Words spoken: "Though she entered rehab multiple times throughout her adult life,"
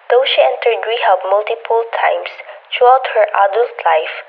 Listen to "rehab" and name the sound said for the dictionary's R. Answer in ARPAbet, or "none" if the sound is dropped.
W